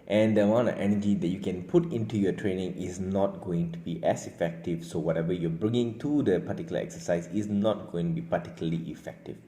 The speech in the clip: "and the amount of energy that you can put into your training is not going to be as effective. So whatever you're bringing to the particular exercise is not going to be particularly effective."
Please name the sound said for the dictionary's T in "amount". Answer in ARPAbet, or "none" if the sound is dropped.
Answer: none